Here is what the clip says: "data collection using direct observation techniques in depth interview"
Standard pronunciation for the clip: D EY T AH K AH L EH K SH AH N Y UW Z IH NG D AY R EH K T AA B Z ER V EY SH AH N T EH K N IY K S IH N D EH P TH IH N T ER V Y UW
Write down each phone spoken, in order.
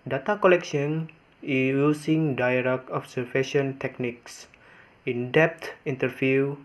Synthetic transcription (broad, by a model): D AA T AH K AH L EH K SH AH N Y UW S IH NG D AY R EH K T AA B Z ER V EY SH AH N T EH K N IY K S IH N D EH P T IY N T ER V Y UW